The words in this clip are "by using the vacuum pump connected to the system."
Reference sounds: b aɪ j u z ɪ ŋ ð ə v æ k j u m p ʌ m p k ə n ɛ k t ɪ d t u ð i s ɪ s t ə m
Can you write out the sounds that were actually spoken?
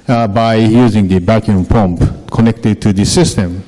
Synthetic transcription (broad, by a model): b aɪ j u z ɪ ŋ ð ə b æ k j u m p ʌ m p k ə n ɛ k t ɪ d t u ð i s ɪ s t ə m